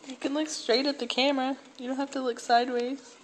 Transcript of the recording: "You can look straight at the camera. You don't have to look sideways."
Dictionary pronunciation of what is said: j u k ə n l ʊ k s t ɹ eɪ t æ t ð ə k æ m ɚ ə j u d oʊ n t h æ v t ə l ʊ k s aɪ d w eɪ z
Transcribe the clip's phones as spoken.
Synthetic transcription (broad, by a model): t k ə n l ʊ k s t ɹ eɪ t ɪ t ð ə k æ m ɚ ə j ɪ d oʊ n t h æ f t ə l ʊ k s aɪ d w eɪ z